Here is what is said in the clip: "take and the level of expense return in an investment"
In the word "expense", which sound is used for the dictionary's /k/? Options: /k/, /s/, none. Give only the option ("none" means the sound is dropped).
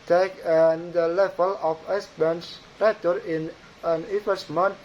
none